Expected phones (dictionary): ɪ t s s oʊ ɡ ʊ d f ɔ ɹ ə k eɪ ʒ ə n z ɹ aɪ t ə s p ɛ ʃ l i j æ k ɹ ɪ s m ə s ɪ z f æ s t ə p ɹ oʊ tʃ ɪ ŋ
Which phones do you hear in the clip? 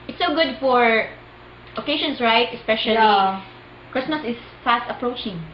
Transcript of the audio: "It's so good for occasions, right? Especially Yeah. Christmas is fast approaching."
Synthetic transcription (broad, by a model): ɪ t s s oʊ ɡ ʊ d f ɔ ɹ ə k eɪ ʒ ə n s ɹ aɪ t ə s p ɛ ʃ i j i k ɹ ɪ s m ə s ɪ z f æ s t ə p ɹ oʊ tʃ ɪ ŋ